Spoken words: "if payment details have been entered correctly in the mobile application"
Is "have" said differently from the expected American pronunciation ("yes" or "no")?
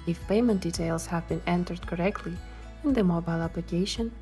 no